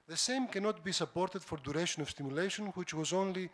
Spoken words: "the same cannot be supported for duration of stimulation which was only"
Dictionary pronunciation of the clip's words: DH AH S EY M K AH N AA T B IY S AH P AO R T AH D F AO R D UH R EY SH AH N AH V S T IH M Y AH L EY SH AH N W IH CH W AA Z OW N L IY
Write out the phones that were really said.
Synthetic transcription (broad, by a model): DH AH S EY M K AH N AA T B IY S AH P AO R T AH D F AO R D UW R EY SH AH N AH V S T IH M Y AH L EY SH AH N W IH CH W AA Z OW N L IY